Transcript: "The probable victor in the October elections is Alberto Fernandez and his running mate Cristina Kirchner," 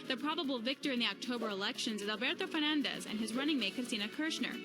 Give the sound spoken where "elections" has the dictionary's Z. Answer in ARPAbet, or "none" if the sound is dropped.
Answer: Z